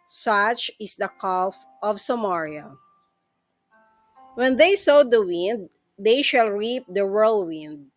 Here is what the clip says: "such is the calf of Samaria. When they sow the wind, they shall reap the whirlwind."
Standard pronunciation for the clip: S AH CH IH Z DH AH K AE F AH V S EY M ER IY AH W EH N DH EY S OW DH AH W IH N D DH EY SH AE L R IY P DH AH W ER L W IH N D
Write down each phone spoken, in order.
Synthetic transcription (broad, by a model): S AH CH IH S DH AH K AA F AH V S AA M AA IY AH W EH N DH EY S OW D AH W IH N D EY SH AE L R IY P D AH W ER L W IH N D